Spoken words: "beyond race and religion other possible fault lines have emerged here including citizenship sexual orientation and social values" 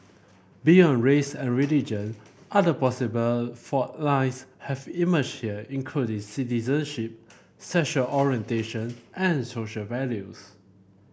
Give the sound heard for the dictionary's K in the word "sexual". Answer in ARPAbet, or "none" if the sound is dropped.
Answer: none